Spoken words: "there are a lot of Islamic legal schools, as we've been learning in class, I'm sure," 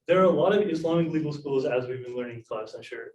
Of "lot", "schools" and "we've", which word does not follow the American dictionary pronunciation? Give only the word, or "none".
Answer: none